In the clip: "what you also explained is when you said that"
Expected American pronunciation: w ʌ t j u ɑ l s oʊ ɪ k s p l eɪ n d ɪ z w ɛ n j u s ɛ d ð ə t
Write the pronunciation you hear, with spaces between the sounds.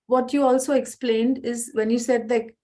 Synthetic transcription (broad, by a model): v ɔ t j u ɑ l s oʊ ɪ k s p l eɪ n d ɪ z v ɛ n j u s ɛ d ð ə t